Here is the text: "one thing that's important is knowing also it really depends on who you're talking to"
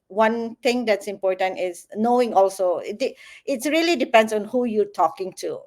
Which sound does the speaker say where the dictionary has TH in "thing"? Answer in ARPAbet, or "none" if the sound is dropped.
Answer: T